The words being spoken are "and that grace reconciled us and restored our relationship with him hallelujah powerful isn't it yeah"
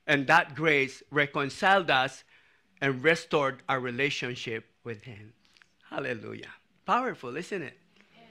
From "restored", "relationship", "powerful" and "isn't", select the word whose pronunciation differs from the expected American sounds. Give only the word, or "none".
isn't